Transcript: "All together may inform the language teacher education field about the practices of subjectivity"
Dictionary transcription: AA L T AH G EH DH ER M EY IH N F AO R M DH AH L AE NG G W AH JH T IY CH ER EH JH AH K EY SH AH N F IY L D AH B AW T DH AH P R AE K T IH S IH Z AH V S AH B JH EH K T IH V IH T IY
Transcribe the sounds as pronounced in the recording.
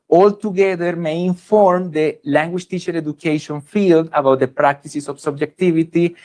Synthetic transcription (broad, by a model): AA L T AH G EH DH ER M EY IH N F AO R M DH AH L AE NG G W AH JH T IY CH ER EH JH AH K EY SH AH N F IY L D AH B AW T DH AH P R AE K T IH S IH S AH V S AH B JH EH K T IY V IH T IY